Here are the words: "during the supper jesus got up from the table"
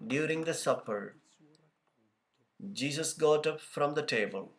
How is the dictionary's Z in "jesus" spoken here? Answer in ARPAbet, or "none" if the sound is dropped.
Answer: S